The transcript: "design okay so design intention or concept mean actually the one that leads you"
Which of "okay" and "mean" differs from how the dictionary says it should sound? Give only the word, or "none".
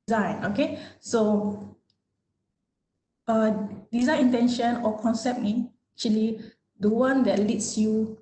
mean